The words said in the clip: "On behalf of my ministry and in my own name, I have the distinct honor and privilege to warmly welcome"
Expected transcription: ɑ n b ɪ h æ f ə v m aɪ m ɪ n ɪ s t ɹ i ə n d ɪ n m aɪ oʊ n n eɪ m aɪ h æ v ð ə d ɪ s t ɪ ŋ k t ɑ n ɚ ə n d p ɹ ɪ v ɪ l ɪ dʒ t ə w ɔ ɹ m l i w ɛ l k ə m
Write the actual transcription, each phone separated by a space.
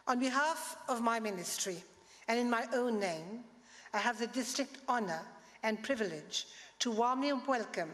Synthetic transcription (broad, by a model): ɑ n b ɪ h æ f ə v m aɪ m ɪ n ɪ s t ɹ i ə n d ɪ n m aɪ oʊ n n eɪ m aɪ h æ v ð ə d ɪ s t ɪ k t ɑ n ɚ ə n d p ɹ ɪ v ɪ l ɪ dʒ t ə w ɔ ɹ m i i w ɛ l k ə m